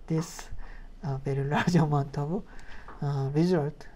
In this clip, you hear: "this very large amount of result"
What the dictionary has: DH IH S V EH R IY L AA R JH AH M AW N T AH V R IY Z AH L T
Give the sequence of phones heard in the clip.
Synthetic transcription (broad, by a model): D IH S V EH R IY L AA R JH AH M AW N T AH B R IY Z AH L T